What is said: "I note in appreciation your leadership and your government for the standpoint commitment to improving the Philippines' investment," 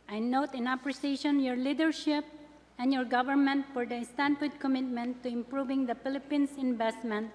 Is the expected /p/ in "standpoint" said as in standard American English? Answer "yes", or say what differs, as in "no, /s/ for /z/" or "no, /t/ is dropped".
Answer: no, /f/ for /p/